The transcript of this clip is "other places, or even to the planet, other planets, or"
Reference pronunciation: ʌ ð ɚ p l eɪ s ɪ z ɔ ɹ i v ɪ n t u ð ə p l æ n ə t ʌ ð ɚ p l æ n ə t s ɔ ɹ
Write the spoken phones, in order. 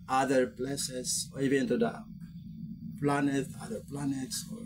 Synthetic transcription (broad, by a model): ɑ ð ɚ p l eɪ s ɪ s ɔ ɹ i v ɪ n t u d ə p l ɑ n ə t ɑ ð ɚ p l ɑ n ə t s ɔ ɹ